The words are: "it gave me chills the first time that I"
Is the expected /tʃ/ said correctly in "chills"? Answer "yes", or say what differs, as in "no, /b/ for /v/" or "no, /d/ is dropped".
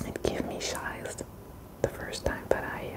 no, /ʃ/ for /tʃ/